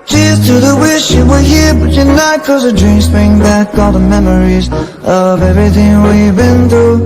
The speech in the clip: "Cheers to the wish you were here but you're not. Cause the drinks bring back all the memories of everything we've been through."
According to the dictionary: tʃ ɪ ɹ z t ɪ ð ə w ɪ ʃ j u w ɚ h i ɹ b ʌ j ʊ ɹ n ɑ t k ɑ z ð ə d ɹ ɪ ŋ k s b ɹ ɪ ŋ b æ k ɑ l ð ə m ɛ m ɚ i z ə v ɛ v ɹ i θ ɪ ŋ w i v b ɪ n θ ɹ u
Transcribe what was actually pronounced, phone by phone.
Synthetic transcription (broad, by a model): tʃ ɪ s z t ɪ ð ə w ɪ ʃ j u w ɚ h i ɹ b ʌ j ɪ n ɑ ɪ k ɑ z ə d ɹ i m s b ɹ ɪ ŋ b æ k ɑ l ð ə m ɛ m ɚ i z ə v ɛ v ɹ i θ ɪ ŋ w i b ɪ n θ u